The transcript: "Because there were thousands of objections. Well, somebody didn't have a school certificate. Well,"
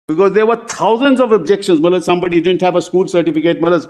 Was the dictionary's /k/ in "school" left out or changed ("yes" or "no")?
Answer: no